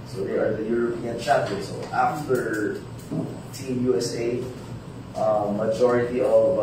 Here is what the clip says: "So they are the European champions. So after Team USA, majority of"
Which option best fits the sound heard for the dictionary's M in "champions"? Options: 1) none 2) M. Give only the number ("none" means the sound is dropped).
1